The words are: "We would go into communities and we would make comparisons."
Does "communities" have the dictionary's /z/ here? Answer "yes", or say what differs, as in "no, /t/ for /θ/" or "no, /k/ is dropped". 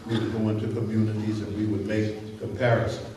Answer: yes